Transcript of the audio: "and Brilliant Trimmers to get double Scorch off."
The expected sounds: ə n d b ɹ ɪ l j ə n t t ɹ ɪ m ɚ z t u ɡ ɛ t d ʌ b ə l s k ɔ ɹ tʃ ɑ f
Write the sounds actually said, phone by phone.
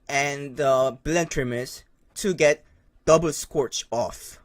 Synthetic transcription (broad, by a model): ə n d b ɪ l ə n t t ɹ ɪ m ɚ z t u ɡ ɛ t d ʌ b ə l s k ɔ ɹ tʃ ɑ f